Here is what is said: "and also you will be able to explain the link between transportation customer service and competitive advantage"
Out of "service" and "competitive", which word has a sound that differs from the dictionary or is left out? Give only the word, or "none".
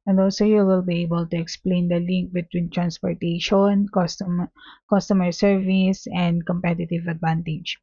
none